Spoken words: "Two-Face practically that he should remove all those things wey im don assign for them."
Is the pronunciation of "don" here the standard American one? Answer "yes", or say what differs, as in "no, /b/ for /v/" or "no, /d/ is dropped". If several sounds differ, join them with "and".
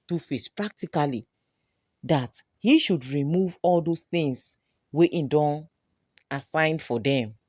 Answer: yes